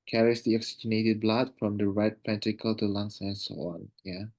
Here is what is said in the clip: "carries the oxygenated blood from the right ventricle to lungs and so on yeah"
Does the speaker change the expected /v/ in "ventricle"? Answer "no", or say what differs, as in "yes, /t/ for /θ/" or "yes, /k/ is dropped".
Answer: yes, /p/ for /v/